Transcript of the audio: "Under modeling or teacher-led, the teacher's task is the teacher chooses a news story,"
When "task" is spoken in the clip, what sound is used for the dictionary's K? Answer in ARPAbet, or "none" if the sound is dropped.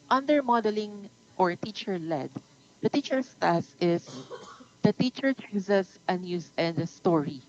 none